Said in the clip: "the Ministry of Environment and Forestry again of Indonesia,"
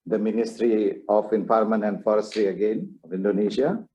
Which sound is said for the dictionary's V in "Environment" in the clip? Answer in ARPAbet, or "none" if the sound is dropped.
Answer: P